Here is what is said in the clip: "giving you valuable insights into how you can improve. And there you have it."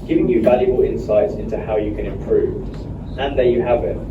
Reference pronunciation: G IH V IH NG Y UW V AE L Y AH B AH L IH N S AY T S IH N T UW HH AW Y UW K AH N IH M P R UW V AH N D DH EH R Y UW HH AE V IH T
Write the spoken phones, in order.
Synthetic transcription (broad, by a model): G IH V IH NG Y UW V AE L Y AH B AH L IH N S AY T S IH N T UW HH AW Y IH K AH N IH M P R UW V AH N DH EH Y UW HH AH V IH T